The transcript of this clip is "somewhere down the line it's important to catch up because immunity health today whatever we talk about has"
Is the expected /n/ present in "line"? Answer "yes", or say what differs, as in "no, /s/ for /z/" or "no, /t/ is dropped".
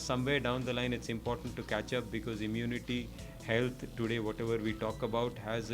yes